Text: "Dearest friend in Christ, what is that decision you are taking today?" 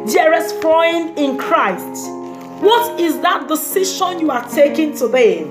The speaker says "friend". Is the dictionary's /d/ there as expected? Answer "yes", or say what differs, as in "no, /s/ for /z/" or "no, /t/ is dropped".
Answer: no, /d/ is dropped